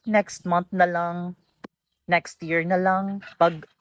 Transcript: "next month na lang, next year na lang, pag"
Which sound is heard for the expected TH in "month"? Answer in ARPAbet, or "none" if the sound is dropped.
T